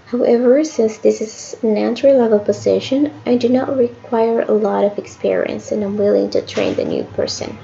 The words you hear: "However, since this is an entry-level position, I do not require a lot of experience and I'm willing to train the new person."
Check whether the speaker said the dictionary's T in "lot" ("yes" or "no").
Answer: yes